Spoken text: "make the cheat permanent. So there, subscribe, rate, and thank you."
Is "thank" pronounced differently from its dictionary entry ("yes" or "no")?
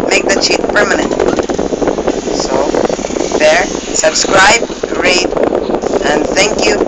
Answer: no